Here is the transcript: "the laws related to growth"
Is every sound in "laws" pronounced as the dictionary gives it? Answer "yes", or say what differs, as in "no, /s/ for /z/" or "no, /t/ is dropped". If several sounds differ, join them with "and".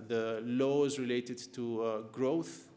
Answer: yes